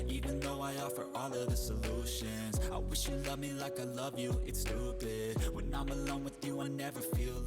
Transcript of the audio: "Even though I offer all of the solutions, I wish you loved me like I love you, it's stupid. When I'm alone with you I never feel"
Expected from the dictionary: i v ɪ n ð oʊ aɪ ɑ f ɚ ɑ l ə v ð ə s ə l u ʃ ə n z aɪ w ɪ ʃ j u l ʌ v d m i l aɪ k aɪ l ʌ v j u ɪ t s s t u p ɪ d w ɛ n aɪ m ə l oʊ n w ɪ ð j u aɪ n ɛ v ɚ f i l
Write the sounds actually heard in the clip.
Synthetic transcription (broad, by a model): i v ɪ n ð oʊ aɪ ɑ f ɚ ɑ l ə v ð ə s ə l u ʃ ə n z aɪ w ɪ ʃ j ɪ l ʌ v m i l aɪ k aɪ l ʌ v j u ɪ t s s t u b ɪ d w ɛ n aɪ m ə l oʊ n w ɪ ð j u aɪ n ɛ v ɚ f i l